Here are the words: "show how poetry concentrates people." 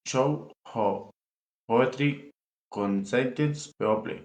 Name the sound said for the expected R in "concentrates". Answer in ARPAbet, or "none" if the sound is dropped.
none